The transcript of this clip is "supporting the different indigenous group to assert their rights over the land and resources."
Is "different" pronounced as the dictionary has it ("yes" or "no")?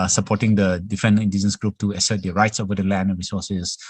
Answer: no